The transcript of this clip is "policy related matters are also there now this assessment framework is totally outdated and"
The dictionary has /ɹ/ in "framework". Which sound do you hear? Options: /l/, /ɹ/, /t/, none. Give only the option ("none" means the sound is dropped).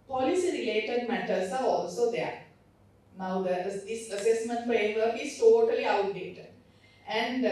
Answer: none